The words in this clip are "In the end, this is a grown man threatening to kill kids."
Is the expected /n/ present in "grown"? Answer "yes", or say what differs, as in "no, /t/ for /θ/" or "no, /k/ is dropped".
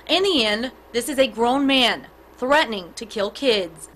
yes